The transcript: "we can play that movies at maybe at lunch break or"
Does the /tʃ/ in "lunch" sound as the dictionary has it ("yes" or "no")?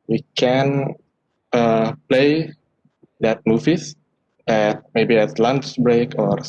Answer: no